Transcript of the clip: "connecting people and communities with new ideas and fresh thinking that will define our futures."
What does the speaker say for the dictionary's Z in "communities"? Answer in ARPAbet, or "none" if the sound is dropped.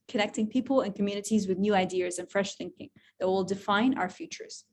Z